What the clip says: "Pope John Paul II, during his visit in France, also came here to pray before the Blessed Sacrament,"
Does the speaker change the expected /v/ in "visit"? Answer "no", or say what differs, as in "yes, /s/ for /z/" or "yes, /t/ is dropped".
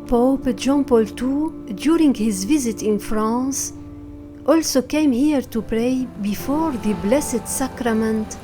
no